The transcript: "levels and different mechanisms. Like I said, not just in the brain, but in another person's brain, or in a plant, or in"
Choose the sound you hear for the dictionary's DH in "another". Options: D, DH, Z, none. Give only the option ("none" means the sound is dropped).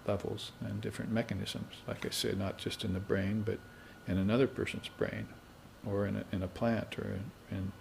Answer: DH